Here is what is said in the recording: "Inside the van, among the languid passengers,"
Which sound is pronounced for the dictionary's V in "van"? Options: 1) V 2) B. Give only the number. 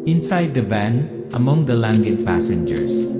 2